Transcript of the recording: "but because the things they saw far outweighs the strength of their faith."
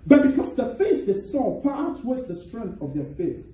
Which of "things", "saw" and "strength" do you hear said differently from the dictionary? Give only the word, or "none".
things